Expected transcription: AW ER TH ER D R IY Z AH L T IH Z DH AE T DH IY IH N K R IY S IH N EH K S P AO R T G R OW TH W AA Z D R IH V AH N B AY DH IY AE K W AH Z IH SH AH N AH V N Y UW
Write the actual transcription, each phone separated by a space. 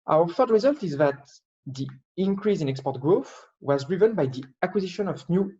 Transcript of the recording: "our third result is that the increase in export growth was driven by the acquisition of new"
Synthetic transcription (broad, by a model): AW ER F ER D R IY Z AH L T IH Z DH AE T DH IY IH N K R IY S IH N EH K S P AO R T G R OW TH W AA Z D R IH V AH N B AY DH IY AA K W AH Z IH SH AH N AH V N Y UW